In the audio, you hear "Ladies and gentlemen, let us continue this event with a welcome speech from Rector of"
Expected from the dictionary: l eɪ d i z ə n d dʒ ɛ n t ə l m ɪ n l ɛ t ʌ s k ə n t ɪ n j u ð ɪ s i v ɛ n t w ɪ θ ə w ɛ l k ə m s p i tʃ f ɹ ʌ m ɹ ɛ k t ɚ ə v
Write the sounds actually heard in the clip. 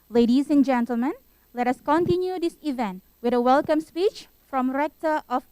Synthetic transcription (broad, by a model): l eɪ d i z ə n dʒ ɛ n t ə l m ɪ n l ɛ t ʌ s k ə n t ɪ n j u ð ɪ s i v ɛ n t w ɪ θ ə w ɛ l k ə m s p i tʃ f ɹ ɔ m ɹ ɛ k t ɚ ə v